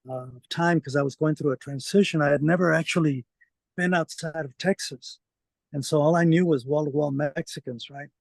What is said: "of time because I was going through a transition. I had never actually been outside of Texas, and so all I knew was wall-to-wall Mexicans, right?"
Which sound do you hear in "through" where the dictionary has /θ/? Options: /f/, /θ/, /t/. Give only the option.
/θ/